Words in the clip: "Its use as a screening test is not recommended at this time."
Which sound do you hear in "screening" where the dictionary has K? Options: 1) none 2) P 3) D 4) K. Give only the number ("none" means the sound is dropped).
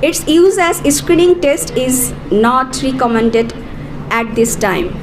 4